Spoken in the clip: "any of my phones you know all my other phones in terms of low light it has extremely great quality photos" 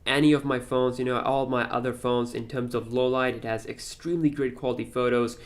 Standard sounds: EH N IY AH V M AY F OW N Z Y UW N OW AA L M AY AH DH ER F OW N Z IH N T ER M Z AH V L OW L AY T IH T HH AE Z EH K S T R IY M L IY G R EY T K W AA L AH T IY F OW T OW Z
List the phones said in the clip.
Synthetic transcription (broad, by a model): EH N IY AH V M AY F OW N Z Y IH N OW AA L M AY AH DH ER F OW N Z IH N T ER M Z AH V L OW L AY T IH T HH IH Z EH K S T R IY M L IY G R EY T K W AA L AH T IY F OW T OW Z